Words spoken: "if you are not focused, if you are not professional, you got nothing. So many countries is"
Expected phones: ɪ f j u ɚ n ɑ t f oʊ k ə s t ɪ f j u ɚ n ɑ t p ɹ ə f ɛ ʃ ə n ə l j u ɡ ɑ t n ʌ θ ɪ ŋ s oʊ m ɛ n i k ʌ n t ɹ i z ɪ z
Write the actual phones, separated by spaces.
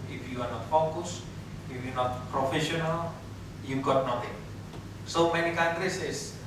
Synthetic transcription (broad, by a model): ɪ f j u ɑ n ɑ t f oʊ k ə s ɪ f j u n ɑ t p ɹ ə f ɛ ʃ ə n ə l j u ɡ ɑ t n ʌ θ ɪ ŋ s oʊ m ɛ n i k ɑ n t ɹ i s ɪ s